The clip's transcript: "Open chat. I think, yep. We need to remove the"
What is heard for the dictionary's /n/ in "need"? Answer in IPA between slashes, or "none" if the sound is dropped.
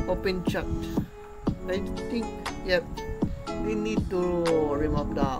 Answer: /n/